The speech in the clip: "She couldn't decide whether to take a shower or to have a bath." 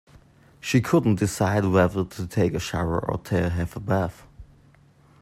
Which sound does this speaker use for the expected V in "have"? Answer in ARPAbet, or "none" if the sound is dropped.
F